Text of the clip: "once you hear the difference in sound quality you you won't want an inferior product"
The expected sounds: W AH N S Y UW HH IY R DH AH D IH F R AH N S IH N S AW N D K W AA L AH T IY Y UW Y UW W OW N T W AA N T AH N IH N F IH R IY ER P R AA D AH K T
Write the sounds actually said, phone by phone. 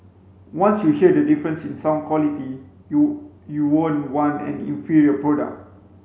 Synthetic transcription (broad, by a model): W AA N S Y UW HH IY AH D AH D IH F R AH N S IH N S AW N K W AA L AH T IY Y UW Y UW W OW N W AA N AH N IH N F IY R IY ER P R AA D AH K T